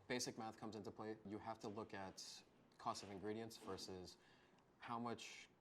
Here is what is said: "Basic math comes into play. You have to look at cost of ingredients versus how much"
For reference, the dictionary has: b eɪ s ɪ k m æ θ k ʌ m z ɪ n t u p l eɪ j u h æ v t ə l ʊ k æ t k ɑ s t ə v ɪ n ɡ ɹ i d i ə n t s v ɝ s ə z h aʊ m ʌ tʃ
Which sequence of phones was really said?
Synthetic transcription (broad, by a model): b eɪ s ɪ k m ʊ θ k ʌ m z ɪ n t u p l eɪ j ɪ h æ f t ə l ʊ k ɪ t k ɑ s t ə v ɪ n ɡ ɹ i d i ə n s v ɝ s ə z h aʊ m ʌ tʃ